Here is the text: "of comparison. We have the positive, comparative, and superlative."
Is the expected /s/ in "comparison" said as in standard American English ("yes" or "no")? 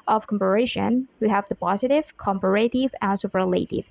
no